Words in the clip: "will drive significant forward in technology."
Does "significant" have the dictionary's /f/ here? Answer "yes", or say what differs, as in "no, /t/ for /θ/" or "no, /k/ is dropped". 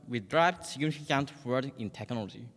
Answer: no, /f/ is dropped